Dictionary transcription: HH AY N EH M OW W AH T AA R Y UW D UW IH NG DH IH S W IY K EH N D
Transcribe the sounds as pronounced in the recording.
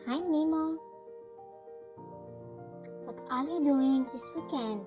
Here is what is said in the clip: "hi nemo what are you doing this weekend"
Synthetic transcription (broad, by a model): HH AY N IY M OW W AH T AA L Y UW D UW IH NG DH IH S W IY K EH N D